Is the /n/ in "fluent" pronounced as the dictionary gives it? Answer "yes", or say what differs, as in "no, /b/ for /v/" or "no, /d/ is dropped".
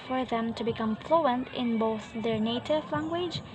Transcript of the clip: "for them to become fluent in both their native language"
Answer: yes